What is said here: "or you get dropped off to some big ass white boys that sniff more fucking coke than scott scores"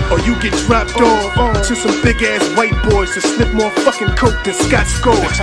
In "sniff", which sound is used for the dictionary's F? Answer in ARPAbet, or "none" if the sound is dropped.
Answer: P